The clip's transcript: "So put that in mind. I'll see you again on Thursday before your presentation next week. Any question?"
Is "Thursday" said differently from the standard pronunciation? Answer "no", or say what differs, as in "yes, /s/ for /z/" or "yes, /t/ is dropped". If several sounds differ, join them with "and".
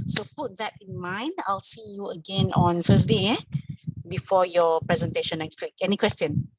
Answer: yes, /f/ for /θ/ and /s/ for /z/